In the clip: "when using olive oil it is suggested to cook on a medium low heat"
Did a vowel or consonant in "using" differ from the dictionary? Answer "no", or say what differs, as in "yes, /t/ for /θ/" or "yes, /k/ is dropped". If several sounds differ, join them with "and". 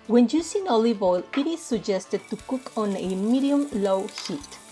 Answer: yes, /s/ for /z/